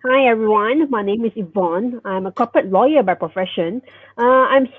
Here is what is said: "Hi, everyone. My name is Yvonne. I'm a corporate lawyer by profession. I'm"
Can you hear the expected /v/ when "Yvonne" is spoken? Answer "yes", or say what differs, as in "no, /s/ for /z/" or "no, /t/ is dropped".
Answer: yes